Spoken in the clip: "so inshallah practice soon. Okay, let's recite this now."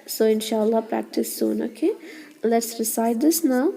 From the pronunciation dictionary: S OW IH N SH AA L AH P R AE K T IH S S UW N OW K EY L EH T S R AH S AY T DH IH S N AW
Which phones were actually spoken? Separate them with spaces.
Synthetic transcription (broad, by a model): S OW IH N SH AA L AH P R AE K T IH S S UW N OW K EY L EH T S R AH S AY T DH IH S N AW